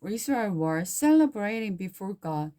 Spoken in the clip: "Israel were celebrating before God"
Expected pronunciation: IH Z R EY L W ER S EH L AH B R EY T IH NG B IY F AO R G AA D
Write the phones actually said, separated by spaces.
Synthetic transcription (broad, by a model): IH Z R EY W ER S EH L AH B R EY T IH NG B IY F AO R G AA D